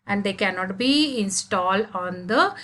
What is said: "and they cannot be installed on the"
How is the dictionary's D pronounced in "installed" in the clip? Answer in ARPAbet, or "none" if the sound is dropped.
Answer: D